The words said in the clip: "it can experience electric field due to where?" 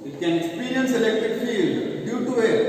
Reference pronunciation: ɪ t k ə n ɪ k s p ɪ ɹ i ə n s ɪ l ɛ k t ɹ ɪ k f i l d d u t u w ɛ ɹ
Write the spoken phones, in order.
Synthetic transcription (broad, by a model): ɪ t k ə n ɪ k s p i ɹ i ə n s ɪ l ɛ k t ɹ ɪ k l i d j u t u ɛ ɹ